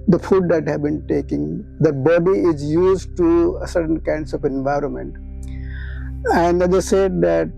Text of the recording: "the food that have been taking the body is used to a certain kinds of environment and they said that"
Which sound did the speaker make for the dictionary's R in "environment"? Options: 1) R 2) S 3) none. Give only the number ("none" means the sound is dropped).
1